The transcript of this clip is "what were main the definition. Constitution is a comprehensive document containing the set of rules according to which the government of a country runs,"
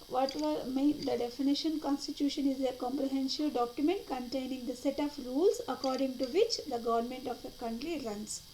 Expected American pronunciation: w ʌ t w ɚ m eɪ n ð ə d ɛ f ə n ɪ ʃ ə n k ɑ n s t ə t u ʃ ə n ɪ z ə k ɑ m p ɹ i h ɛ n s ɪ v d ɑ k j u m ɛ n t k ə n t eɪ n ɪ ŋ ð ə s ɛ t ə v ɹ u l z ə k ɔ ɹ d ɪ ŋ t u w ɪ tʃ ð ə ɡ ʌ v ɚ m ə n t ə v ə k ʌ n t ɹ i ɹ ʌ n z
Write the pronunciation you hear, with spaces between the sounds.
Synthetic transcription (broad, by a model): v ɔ t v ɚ m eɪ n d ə d ɛ f ə n ɪ ʃ ə n k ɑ n s t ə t u ʃ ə n ɪ z ə k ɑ m p ɹ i h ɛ n ʃ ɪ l d ɑ k j u m ɛ n t k ə n t eɪ n ɪ ŋ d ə s ɛ t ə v ɹ u l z ə k ɔ ɹ d ɪ ŋ t u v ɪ tʃ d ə ɡ ʌ v ɚ m ə n t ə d ə k ʌ n t ɹ i ɹ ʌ n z